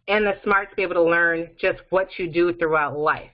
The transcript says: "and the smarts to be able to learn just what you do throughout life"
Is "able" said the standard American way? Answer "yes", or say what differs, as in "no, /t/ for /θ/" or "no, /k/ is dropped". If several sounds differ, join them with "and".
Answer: no, /b/ is dropped